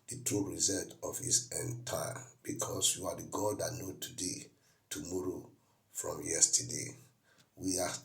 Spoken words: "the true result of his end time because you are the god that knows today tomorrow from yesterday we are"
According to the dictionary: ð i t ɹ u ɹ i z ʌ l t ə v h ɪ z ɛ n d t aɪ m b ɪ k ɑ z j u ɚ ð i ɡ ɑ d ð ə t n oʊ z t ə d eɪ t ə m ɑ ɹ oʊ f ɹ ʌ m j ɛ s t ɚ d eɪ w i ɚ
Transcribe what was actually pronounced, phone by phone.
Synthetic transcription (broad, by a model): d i t ɹ u ɹ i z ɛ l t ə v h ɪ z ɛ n t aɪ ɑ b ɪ k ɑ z j u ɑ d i ɡ ɑ d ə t n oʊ t ə d eɪ t ə m ɑ ɹ oʊ f ɹ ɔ m j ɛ s t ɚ d eɪ w i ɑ